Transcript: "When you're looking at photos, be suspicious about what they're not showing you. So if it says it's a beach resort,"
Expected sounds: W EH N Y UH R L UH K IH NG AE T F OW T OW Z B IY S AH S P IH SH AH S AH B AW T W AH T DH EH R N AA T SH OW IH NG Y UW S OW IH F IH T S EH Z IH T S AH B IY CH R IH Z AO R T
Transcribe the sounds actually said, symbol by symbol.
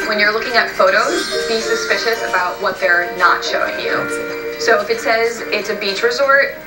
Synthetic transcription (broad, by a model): W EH N Y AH R L UH K IH NG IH T F OW T OW Z B IY S AH S P IH SH AH S AH B AW T W AH T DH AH R N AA T SH OW IH NG Y UW S OW IH F IH T S EH Z IH T S AH B IY CH R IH Z AO R T